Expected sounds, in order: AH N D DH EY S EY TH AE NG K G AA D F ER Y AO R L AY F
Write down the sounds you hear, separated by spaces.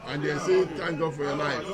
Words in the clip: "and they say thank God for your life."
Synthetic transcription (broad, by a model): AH N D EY S EY T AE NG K G AA D F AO Y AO L AY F